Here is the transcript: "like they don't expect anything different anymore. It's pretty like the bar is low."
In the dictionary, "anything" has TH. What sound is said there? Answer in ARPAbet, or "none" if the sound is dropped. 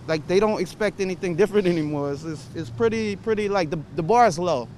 TH